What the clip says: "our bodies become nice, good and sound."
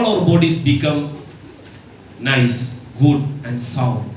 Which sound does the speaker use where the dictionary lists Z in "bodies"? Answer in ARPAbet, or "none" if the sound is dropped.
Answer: S